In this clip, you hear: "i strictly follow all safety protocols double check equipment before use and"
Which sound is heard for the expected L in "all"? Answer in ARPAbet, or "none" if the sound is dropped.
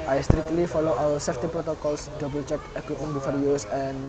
W